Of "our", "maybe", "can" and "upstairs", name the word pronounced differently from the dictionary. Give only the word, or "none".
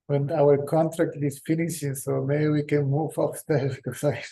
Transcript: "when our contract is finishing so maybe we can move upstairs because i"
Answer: upstairs